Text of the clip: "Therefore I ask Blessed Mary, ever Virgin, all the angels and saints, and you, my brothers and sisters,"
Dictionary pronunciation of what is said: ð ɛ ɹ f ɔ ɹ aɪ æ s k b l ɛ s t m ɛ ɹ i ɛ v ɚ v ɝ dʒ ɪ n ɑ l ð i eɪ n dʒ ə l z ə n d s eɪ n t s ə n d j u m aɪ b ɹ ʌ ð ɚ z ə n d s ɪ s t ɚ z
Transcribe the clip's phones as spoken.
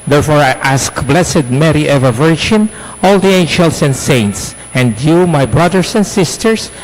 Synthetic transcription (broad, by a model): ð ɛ ɹ f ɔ ɹ aɪ æ s k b l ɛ s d m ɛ ɹ i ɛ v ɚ v ɝ dʒ ɪ n ɑ l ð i eɪ n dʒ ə l s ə n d s eɪ n t s ə n d j u m aɪ b ɹ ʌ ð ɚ s ə n d s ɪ s t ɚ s